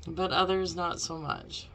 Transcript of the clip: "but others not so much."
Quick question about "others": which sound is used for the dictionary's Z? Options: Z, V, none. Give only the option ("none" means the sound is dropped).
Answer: Z